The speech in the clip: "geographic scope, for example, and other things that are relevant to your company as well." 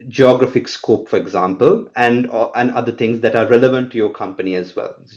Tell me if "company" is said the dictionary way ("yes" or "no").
yes